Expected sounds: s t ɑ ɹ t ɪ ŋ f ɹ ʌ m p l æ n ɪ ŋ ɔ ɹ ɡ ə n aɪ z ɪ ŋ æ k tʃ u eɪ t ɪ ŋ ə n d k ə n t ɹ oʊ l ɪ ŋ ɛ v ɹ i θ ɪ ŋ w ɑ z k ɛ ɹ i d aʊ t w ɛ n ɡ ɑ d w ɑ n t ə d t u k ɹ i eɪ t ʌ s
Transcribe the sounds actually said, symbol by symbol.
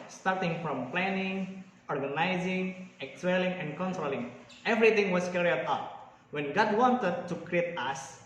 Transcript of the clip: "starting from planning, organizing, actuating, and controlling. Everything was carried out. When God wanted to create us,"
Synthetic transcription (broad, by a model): s t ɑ ɹ t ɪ ŋ f ɹ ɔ m p l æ n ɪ ŋ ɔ ɹ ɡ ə n aɪ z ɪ ŋ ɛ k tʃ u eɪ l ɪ ŋ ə n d k ə n t ɹ oʊ l ɪ ŋ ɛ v ɹ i t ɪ ŋ w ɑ s k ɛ ɹ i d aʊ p w ɛ n ɡ ɑ d w ɑ n t ə d t u k ɹ i eɪ t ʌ s